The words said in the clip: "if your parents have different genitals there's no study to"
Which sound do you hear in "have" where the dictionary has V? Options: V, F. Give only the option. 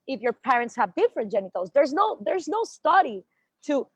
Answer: V